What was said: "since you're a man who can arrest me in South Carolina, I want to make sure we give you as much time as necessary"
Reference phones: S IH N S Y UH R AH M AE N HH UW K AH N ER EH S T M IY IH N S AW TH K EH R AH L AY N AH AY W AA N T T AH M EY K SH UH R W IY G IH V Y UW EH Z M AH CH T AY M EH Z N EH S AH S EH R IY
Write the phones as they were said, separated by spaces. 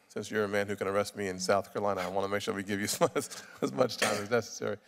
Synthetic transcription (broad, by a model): S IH N S Y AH R AH M AE N HH UW K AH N ER EH S T M IY IH N S AW TH K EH R L AY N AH AY W AA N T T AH M EY K SH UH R W IY G IH V Y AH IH Z M AH CH T AY M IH Z N EH S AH S EH R IY